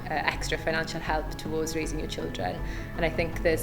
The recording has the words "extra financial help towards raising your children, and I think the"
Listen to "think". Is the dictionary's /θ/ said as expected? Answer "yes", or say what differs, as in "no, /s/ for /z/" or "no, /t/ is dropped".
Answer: yes